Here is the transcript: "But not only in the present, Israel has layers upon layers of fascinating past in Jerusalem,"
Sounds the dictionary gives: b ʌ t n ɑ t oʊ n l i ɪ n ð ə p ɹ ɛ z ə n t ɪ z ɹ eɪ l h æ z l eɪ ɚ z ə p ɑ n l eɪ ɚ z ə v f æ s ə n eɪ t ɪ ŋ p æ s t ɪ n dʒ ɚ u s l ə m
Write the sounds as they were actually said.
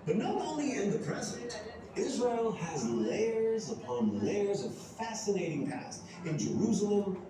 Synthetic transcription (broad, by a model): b ʌ t n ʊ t oʊ n l i ɪ n ð ə p ɹ ɛ z ə n t ɪ z ɹ eɪ l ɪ z l eɪ ɚ z ə p ɑ n l eɪ ɚ z ə v f æ s ə n eɪ t ɪ ŋ p æ s t ɪ n dʒ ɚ u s l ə m